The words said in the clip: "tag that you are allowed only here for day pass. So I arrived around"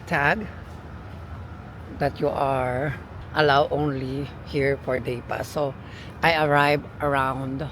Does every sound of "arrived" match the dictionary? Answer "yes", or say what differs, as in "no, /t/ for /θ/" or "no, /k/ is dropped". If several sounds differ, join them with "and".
no, /d/ is dropped